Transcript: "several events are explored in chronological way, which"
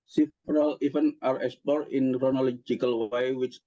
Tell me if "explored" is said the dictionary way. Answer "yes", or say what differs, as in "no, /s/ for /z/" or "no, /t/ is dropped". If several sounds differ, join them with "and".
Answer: no, /l/ is dropped